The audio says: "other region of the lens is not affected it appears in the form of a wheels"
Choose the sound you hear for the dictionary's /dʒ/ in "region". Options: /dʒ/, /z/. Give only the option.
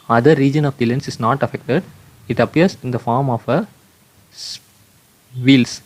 /dʒ/